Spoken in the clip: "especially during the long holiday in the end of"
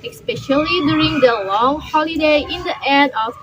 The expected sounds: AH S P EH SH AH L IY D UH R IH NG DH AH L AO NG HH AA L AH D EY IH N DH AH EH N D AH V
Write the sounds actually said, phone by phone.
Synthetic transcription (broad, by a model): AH S P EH SH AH L IY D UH R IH NG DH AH L AO NG HH AA L AH D EY IH N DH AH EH D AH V